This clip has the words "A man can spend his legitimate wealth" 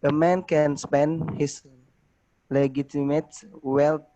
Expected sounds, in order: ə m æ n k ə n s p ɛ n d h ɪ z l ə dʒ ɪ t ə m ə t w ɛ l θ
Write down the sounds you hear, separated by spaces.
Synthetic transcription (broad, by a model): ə m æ n k ə n s p ɛ n d h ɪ s l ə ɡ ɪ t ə m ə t w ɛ l